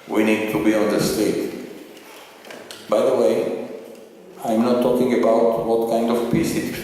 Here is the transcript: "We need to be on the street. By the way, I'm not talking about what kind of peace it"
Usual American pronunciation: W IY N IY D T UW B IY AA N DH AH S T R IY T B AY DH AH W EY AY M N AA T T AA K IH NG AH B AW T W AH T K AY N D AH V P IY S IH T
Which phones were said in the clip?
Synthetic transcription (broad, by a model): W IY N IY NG T UW B IY AA N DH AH S T EH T B AY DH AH W EY AY M N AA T T AA K IH NG AH B AW T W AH T K AY N D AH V P IY S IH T